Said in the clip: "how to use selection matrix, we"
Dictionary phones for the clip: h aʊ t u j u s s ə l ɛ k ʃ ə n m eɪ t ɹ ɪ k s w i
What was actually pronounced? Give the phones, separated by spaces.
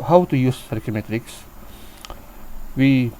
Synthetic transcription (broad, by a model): h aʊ t u j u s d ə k ə m eɪ t ɹ ɪ k s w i